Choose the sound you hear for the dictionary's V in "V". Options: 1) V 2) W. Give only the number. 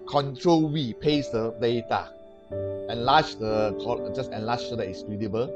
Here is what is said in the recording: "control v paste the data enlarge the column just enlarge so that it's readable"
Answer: 2